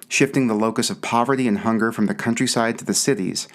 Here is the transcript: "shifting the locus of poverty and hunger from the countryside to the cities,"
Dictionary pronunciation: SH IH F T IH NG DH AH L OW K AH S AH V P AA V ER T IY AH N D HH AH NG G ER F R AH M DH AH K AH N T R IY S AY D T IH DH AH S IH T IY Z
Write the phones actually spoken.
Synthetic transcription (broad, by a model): SH IH F T IH NG DH AH L OW K AH S AH V P AA V ER T IY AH N HH AH NG G ER F R AH M DH AH K AH N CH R IY S AY D T IH DH AH S IH T IY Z